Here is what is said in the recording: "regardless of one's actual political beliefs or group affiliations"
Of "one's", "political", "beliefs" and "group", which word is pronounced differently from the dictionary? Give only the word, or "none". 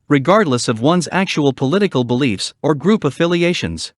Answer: none